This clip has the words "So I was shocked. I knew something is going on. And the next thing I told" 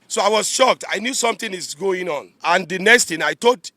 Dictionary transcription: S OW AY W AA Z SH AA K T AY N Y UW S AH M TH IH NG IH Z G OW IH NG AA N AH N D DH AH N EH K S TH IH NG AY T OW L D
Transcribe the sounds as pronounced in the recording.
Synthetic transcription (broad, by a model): S OW AY W AA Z SH AA K T AY N Y UW S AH M T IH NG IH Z G OW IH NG AA N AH N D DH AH N EH K S T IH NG AY T OW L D